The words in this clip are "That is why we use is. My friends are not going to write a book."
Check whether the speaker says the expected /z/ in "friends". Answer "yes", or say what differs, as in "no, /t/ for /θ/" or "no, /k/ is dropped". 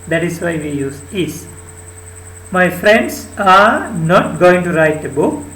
no, /s/ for /z/